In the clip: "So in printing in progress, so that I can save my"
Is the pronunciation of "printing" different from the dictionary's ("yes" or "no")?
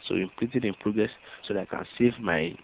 yes